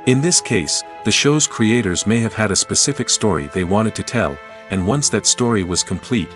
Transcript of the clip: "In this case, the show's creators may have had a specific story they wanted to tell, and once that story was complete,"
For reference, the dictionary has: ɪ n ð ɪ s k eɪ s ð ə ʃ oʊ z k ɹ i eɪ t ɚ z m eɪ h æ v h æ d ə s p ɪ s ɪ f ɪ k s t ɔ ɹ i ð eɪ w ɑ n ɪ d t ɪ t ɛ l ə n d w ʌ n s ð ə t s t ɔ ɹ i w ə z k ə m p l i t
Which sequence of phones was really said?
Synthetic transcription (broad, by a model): ɪ n ð ɪ s k eɪ s ð ə ʃ oʊ z k ɹ i eɪ t ɚ z m eɪ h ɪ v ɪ d ə s p ɪ s ɪ f ɪ k s t ɔ ɹ i ð eɪ w ɑ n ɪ d t ɪ t ɛ l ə n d w ʌ n s ð ə t s t ɔ ɹ i w ə z k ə m p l i t